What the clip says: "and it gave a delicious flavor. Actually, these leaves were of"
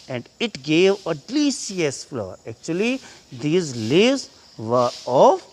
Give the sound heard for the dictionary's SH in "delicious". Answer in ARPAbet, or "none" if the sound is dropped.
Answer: none